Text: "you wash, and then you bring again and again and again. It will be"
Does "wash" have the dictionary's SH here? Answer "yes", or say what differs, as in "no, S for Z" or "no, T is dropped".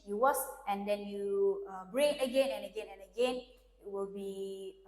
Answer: no, S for SH